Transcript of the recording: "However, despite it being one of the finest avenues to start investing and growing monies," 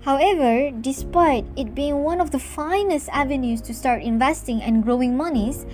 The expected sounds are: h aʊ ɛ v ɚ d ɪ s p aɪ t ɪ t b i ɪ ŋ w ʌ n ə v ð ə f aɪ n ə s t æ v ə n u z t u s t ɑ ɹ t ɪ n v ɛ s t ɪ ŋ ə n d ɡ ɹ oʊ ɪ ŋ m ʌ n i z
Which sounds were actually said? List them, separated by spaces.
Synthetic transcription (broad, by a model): h aʊ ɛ v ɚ d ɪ s p aɪ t ɪ t b i ɪ ŋ w ʌ n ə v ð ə f aɪ n ə s t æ v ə n u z t u s t ɑ ɹ t ɪ n v ɛ s t ɪ ŋ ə n ɡ ɹ oʊ ɪ ŋ m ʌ n i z